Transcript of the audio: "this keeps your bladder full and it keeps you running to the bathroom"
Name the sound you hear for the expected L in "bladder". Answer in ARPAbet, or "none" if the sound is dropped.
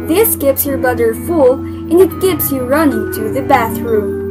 none